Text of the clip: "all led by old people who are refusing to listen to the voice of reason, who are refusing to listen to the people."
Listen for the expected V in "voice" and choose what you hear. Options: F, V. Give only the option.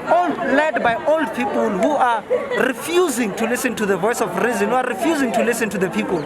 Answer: V